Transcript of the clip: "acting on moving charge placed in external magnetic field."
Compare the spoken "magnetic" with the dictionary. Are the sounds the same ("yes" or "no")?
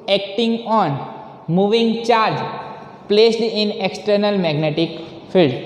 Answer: yes